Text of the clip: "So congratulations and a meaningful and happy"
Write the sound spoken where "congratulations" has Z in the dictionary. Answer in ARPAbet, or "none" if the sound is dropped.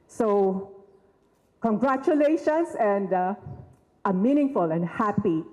S